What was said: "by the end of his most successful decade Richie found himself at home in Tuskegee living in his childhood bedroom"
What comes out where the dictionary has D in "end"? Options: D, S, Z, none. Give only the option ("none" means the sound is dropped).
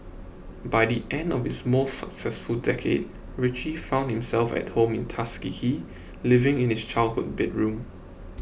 D